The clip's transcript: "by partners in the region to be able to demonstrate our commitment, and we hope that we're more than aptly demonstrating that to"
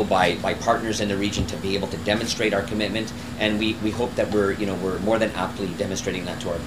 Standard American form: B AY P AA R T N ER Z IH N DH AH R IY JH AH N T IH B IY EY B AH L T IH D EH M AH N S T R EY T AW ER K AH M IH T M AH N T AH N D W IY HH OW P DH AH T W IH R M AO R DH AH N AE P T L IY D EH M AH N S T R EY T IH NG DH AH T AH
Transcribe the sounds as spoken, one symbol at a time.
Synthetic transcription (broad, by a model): B AY P AA R T N ER Z IH N DH AH R IY JH AH N T IH B IY EY B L T IH D EH M AH N S T R EY T AW ER K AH M IH T M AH N T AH N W W IY HH OW P DH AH T W IH R M AO R DH AH N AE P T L IY D EH M AH N S T R EY T IH NG DH AH T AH